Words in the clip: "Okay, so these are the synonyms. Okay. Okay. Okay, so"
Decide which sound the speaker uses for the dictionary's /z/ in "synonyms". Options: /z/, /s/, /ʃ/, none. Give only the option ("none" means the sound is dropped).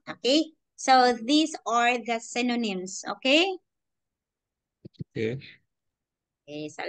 /s/